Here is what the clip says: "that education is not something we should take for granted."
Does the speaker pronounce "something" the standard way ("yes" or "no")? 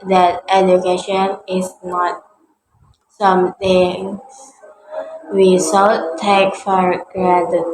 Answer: no